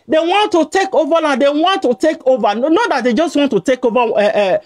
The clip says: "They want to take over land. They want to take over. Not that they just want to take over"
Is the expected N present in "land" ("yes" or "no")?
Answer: no